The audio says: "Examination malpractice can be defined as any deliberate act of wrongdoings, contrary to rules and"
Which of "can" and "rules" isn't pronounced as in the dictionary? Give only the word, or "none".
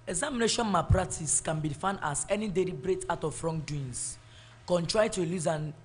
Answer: rules